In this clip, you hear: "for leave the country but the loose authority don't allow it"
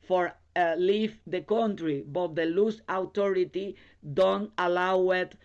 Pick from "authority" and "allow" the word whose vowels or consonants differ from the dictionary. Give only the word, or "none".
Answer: authority